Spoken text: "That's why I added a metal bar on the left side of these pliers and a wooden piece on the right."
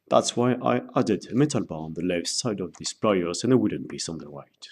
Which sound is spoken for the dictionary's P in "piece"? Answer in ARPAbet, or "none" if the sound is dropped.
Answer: B